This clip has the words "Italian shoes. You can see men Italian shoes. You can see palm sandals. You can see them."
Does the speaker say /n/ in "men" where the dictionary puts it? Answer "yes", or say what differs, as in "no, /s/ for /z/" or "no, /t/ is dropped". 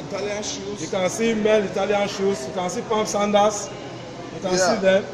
no, /l/ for /n/